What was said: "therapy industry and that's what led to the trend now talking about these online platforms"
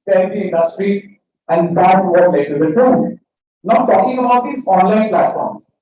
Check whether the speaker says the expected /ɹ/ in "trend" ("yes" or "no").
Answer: no